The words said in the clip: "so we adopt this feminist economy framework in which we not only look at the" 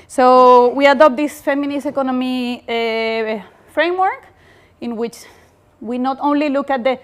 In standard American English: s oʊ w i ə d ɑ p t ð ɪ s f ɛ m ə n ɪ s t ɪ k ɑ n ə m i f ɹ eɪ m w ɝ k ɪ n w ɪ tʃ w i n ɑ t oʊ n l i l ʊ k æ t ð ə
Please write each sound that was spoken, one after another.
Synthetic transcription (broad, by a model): s oʊ w i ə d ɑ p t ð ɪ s f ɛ m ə n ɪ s ɪ k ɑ n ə m i f ɹ eɪ m w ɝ k ɪ n w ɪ tʃ w i n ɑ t oʊ n l i l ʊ k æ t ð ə